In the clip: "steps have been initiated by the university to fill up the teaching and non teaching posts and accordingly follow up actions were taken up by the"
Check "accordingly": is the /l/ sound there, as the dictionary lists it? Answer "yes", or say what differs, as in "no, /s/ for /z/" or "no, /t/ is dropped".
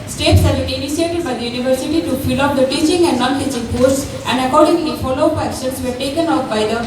no, /n/ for /l/